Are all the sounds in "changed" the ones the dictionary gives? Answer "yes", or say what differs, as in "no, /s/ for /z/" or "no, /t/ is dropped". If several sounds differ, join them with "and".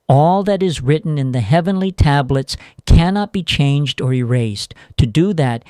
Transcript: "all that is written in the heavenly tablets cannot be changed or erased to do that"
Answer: yes